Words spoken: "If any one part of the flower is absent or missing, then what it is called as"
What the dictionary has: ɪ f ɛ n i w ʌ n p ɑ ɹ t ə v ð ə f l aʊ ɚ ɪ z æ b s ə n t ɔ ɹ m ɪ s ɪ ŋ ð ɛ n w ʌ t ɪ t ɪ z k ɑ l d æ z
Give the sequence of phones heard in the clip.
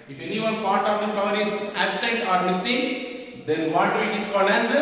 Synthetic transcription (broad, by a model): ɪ f ɛ n i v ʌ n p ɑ ɹ t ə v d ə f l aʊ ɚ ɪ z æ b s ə t ɔ ɹ m ɪ s ɪ ŋ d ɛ n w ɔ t ɪ t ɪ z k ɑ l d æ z